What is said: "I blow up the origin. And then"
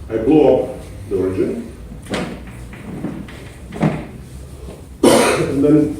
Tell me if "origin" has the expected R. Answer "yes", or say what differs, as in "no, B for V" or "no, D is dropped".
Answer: yes